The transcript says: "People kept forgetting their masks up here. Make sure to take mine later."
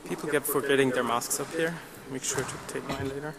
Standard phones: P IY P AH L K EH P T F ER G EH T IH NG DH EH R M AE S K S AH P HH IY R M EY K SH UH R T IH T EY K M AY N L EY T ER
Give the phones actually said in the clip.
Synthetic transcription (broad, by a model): P IY P L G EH T F ER G EH T IH NG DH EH R M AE S K S AH P HH IY R M EY K SH UH R T IH T EY K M AY N L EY T ER